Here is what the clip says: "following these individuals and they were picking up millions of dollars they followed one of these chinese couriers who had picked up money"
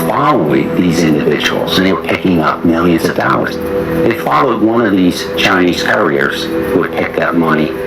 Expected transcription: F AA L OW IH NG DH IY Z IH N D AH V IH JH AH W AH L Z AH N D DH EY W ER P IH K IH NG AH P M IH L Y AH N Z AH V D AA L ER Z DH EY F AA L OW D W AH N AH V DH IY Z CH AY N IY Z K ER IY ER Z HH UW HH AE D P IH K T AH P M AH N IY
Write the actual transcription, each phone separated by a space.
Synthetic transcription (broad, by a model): F AA L OW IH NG DH IY Z IH N D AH V IH JH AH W L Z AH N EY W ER P IH K IH NG AH P M IH L Y AH N Z AH V D AA L ER Z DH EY F AA L OW D W AH N AH V DH IY Z CH AY N IY Z K ER IY ER Z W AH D P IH K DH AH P M AH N IY